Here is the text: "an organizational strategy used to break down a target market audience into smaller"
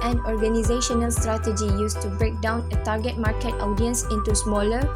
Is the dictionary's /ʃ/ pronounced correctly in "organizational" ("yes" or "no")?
yes